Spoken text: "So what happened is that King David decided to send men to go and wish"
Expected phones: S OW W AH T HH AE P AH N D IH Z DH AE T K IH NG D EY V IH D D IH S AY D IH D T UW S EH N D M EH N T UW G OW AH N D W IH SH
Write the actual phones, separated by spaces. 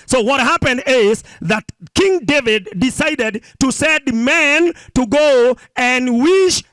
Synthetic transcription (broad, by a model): S OW W AH T HH AE P AH N D IH Z DH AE T K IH NG D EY V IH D D IH S AY D IH D T UW S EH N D M EH N T UW G OW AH N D W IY SH